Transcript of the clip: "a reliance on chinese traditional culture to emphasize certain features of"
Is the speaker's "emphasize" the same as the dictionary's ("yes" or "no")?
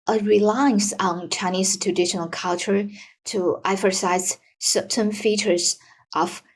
no